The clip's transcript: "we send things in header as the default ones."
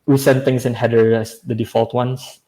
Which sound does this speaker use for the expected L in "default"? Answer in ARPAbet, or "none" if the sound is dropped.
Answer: L